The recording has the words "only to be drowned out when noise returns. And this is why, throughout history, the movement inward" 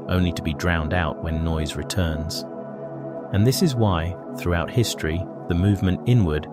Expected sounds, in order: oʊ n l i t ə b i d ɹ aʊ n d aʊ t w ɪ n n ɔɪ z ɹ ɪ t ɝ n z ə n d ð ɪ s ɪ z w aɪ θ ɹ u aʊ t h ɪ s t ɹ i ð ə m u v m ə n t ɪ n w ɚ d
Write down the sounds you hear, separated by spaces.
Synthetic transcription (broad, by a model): oʊ n l i t ə b i d ɹ aʊ n d aʊ t w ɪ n n ɔɪ z ɹ ɪ t ɝ n z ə n ð ɪ s ɪ z w aɪ θ ɹ u aʊ t h ɪ s t ɹ i ð ə m u v m ə n t ɪ n w ɚ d